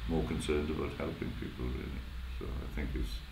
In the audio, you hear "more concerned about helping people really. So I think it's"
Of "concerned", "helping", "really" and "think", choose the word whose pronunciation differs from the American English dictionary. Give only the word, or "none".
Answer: none